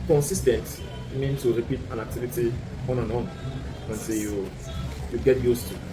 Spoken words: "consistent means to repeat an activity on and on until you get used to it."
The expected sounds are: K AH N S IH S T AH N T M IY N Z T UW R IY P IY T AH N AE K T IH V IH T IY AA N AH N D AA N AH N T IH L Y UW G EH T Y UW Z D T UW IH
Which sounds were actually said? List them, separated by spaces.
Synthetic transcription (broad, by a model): K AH N S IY S T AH N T M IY N T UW R IY P IY T AH N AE K T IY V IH T IY AA N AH N AA N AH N S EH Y Y UW G EH T Y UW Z T UW